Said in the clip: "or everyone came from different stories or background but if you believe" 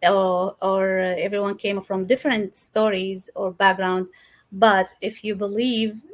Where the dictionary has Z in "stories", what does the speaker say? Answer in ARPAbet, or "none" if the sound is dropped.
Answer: Z